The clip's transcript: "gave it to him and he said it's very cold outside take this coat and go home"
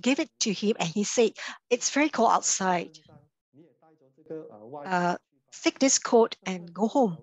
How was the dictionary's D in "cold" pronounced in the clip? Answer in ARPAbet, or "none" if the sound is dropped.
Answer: none